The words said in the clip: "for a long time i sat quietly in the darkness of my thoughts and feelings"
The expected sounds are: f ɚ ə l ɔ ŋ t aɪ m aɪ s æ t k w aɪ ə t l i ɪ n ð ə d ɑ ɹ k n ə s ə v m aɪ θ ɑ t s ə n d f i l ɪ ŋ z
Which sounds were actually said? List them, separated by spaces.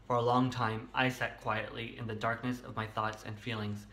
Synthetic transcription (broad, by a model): f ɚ ə l ɔ ŋ t aɪ m aɪ s æ t k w aɪ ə t l i ɪ n ð ə d ɑ ɹ k n ə s ə v m aɪ θ ɑ t s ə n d f i l ɪ ŋ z